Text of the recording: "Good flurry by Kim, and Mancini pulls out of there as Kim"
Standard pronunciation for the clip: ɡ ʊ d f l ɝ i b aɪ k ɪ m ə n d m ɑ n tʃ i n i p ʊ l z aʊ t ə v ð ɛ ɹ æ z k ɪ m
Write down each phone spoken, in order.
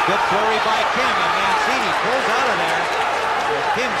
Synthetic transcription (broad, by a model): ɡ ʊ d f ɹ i b aɪ k ɪ m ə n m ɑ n s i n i p ʊ l z aʊ t ə v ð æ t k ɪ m